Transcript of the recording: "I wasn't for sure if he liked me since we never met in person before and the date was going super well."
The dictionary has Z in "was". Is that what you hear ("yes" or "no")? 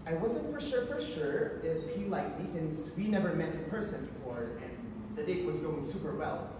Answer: yes